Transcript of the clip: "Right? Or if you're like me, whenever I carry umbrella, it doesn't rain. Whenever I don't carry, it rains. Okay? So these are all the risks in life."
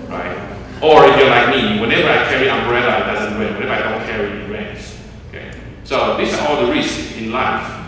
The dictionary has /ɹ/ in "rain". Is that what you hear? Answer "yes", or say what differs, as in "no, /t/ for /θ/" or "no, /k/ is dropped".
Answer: no, /w/ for /ɹ/